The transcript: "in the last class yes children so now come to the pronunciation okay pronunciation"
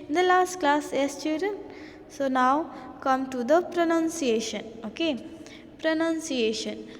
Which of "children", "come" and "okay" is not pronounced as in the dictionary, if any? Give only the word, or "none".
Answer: children